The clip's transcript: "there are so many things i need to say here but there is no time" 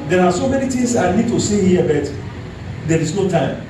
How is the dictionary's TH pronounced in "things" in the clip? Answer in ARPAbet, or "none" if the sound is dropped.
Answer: T